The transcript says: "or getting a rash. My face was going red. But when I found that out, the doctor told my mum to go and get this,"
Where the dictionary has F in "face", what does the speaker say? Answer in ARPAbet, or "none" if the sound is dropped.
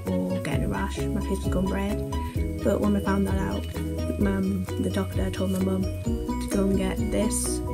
P